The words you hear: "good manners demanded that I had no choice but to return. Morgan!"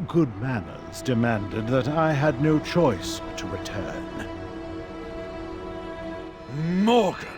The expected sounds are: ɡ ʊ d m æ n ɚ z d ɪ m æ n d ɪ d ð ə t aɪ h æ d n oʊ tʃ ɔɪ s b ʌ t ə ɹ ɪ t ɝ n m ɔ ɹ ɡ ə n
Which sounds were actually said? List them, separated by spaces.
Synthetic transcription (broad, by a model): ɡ ʊ d m æ n ɚ z d ɪ m æ n d ɪ d ð ə t aɪ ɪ d n oʊ tʃ ɔɪ s t ə ɹ ɪ t ɝ n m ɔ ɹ